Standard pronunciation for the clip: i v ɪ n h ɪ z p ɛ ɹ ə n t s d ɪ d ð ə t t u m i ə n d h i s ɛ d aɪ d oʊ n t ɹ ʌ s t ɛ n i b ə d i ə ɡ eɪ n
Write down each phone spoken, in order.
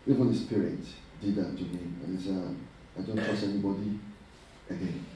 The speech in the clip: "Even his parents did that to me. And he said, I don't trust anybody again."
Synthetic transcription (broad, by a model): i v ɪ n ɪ s p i ɹ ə t d ɪ d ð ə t t u m i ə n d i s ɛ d aɪ d oʊ n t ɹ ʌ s ɛ n i b ə d i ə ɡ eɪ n